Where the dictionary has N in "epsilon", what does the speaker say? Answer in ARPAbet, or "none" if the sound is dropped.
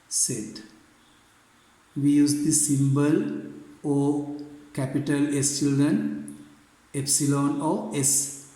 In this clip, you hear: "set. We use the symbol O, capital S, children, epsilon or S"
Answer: N